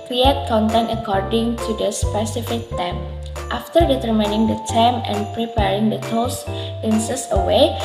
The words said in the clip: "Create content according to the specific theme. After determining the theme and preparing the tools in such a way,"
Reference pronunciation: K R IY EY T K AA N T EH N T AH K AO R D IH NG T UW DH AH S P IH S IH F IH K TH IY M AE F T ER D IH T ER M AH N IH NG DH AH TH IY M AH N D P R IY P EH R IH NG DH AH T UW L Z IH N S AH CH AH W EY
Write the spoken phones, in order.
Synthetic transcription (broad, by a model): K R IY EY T K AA N T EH N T AH K AO R D IH NG T UW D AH S P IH S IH F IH K T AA M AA F T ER D IH T ER M AH N IH NG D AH T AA M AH N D P R IY P EH R IH NG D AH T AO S IH N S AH S AH W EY